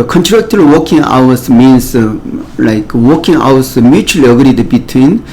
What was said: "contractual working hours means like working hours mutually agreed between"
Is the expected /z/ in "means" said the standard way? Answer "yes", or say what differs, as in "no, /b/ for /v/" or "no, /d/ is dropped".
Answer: no, /s/ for /z/